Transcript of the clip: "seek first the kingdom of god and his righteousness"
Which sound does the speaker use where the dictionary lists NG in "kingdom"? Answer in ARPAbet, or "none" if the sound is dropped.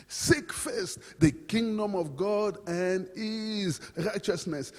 NG